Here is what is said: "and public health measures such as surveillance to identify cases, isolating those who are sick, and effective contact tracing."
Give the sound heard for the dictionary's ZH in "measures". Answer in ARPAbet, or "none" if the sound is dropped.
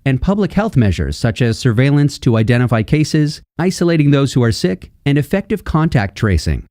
ZH